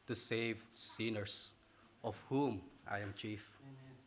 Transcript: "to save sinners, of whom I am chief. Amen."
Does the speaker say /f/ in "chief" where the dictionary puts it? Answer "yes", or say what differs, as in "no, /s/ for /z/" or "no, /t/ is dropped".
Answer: yes